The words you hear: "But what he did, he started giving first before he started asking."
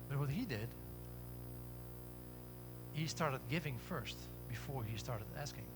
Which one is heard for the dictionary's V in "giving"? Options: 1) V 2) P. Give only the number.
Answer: 1